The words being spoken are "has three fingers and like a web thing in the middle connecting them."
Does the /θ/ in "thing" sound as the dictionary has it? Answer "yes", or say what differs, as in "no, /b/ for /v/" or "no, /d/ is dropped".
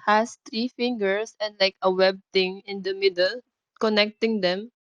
no, /t/ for /θ/